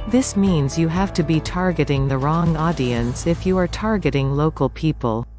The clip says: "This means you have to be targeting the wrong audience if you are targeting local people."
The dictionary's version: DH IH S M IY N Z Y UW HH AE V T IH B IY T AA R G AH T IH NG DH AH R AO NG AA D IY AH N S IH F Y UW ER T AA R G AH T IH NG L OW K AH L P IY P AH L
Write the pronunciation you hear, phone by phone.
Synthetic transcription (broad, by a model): DH IH S M IY N Z Y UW HH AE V T IH B IY T AA R G AH T IH NG DH AH R AO NG AA D IY AH N S IH F Y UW ER T AA R G AH T IH NG L OW K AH L P IY P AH L